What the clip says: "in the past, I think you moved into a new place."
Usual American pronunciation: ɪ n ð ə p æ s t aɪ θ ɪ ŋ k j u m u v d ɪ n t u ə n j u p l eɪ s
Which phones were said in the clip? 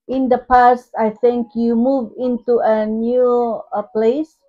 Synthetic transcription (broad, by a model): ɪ n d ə p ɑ s t aɪ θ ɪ ŋ k j u m u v ɪ n t u ə n j u p l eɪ s